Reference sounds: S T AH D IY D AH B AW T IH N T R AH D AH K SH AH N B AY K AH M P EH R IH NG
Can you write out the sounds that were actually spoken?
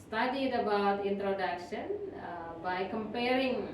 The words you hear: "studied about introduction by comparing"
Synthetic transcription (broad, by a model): S T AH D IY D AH B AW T IH N T R AH D AH K SH AH N B AY K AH M P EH R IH NG